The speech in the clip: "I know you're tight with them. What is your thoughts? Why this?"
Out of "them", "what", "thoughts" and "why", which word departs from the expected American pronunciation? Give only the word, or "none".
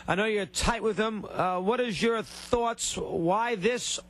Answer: none